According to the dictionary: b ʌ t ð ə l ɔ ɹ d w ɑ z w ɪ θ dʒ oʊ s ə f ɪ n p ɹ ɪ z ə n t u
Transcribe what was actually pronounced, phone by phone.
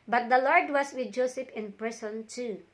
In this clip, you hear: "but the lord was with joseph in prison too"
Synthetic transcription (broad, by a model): b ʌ t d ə l ɔ ɹ d w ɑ s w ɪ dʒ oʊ s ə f ɪ n p ɹ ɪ s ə n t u